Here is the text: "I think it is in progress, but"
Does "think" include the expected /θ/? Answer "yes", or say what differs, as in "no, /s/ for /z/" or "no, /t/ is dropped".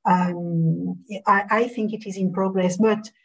yes